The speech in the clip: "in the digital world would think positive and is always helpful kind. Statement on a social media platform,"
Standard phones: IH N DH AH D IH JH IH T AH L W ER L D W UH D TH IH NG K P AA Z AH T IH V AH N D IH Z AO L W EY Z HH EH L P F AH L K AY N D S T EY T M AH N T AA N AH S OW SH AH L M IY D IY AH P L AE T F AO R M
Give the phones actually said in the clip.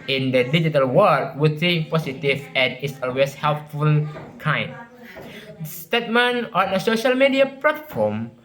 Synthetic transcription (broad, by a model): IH N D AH D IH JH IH T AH L W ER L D W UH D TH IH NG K P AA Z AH T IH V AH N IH S AO L W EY S HH EH L P F AH L K AY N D S T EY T M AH N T AA N AH S OW SH AH L M IY D IY AH P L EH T F AO M